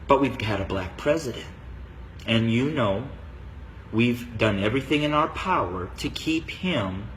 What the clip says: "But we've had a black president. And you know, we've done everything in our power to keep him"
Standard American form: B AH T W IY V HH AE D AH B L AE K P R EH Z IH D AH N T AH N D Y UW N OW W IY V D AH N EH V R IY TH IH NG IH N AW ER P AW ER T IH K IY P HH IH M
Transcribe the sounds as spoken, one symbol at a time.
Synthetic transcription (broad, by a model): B AH T W IY V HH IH D AH B L AE K P R EH Z IH D AH N T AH N Y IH N OW W IY V D AH N EH V R IY TH IH NG IH N AW ER P AW ER T IH K IY P HH IH M